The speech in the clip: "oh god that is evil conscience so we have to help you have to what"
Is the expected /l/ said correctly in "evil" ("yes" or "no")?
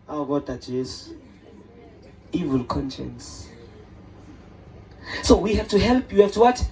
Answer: yes